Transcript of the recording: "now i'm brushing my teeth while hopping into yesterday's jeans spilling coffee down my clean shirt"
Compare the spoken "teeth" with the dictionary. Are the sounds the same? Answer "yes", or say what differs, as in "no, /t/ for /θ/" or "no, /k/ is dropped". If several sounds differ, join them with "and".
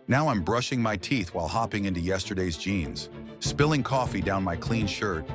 yes